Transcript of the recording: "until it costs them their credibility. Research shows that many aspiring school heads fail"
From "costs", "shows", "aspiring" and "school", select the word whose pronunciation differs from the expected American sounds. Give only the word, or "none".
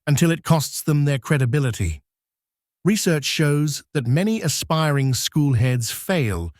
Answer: none